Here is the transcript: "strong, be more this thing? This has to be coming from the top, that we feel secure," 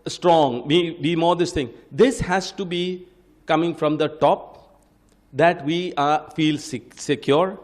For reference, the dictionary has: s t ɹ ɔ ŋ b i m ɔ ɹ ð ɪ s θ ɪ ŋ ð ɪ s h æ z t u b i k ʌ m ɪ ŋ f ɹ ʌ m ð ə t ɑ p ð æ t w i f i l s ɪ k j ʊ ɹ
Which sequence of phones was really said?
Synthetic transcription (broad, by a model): s t ɹ ɔ ŋ b i m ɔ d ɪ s t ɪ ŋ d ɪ s h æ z t u b i k ʌ m ɪ ŋ f ɹ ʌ m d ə t ɑ p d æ t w i f i l s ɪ k j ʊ ɹ